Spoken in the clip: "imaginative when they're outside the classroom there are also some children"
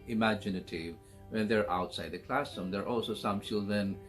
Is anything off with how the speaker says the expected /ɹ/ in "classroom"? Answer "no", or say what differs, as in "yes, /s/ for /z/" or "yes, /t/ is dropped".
yes, /ɹ/ is dropped